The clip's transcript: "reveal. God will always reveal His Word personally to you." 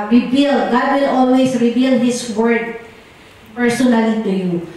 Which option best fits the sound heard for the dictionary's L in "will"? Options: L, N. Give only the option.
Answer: N